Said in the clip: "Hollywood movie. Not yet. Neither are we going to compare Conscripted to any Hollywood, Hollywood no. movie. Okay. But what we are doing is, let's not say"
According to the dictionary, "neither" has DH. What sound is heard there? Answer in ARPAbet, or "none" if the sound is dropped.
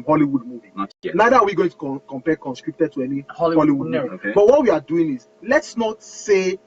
none